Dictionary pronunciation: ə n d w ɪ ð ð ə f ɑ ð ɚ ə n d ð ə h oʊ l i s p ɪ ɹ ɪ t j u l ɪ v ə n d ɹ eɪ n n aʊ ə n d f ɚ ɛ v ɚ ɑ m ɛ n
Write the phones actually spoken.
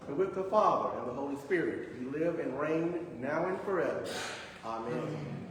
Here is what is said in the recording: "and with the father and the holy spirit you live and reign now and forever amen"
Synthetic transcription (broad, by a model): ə w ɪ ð ð ə f ɑ ð ɚ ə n ð ə h oʊ l i s p ɪ ɹ ɪ t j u l ɪ v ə n ɹ eɪ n n aʊ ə n f ɚ ɛ v ɚ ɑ m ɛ n